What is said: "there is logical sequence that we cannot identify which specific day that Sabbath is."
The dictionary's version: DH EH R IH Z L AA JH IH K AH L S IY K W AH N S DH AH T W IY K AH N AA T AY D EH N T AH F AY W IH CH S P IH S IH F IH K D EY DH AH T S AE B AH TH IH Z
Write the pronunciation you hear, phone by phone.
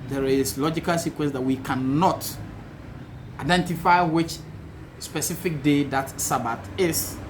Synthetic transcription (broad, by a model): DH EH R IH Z L AA JH IH K AH L S IY K W AH N S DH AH T W IY K AH N AA T AY D EH N T AH F AY W IH CH S P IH S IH F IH K D EY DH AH T S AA B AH T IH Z